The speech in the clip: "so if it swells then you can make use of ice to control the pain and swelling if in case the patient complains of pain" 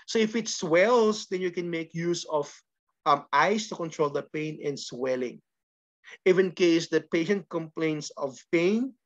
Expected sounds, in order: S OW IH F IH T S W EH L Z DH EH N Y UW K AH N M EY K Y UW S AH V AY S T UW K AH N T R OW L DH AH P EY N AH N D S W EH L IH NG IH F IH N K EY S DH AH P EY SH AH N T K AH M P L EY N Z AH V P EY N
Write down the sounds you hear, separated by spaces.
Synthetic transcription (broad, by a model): S OW IH F IH T S W EH L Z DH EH N Y UW K AH N M EY K Y UW S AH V AY S T UW K AH N T R OW L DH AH P EY N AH N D S W EH L IH NG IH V IH N K EY S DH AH P EY SH AH N T K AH M P L EY N S AH V P EY N